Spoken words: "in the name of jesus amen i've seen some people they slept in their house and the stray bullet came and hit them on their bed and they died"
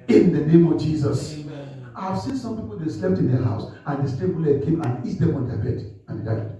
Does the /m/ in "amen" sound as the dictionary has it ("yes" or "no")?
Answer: no